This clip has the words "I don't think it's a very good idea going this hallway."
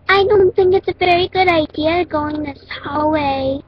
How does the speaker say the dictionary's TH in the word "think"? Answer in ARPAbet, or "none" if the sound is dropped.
TH